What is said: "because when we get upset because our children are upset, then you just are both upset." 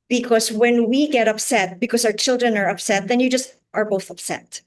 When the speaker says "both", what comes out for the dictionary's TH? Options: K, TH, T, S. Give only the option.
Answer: TH